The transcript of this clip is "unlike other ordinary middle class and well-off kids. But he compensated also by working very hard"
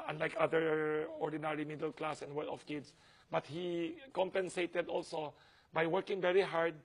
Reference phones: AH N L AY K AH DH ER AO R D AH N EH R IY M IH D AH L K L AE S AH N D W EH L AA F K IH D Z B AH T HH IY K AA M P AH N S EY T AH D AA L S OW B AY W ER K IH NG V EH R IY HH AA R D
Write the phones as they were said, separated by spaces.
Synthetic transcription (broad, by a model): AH N L AY K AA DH ER AO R D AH N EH R IY M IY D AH L K L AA S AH N W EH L AA F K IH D S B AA T HH IY K AA M P AH N S EY T AH D AA L S OW B AY W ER K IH NG V EH R IY HH AA R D